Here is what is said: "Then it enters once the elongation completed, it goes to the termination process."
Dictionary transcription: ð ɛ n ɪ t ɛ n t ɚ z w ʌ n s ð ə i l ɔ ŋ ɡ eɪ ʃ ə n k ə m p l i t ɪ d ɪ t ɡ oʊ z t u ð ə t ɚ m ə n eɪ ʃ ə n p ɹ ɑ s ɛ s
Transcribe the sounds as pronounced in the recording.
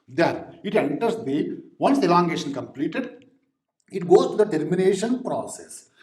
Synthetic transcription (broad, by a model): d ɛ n ɪ t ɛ n t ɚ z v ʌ n s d i l ɔ ŋ ɡ eɪ ʃ ə n k ə m p l i t ɪ d ɪ t ɡ oʊ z t u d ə t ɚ m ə n eɪ ʃ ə n p ɹ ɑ s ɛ s